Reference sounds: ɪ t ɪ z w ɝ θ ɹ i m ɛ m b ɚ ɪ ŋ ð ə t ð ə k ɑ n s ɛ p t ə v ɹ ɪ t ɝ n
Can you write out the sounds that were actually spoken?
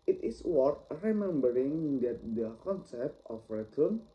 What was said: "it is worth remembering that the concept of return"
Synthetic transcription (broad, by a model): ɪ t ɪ s w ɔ t ɹ i m ɛ m b ɚ ɪ ŋ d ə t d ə k ɑ n s ɛ p t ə f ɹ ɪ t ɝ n